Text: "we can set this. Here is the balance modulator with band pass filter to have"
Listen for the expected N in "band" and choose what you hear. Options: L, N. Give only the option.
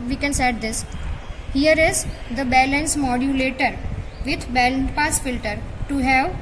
L